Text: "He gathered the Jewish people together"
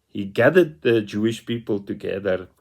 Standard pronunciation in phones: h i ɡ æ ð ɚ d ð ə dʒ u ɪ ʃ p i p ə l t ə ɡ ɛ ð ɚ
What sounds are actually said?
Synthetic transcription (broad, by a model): h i ɡ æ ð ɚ d ð ə dʒ u ɪ ʃ p i p ə l t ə ɡ ɛ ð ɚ